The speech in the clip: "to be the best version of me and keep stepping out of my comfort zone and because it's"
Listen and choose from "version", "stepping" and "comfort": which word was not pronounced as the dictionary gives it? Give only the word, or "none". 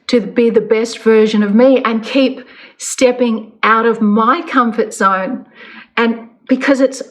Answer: none